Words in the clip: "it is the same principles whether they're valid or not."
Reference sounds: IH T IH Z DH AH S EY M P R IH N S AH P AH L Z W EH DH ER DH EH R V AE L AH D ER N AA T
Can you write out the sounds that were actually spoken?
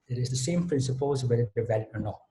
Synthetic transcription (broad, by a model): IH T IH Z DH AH S EY M P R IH N S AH P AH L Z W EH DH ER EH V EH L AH ER N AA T